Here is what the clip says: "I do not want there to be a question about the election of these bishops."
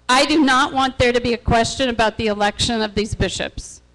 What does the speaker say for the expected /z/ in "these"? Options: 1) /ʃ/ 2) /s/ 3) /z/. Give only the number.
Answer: 3